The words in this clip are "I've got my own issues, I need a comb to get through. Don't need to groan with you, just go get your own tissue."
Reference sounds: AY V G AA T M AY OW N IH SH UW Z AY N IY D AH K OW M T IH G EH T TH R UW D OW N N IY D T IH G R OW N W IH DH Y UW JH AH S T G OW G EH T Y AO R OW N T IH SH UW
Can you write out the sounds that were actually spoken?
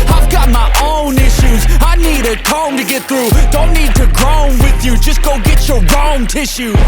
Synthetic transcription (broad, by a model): AY V G AA T M AY OW N IH SH UW Z AY N IY D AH K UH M T IH G EH T TH R UW D OW N N IY D T IH G R OW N W IH DH Y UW JH AH S G OW G EH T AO R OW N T IH SH UW